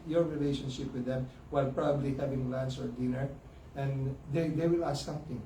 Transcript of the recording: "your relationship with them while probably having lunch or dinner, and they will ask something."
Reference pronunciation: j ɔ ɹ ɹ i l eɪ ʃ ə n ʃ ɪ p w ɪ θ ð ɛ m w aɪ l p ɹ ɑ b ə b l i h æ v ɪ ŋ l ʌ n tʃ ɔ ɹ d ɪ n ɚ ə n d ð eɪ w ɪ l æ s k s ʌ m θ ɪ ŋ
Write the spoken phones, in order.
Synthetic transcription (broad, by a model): j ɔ ɹ ɹ i l eɪ ʃ ə n ʃ ɪ p w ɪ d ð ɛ m w aɪ l p ɹ ɑ b ə b l i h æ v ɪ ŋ l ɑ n s ɔ ɹ d ɪ n ɚ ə n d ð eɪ w ɪ l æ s s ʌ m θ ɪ ŋ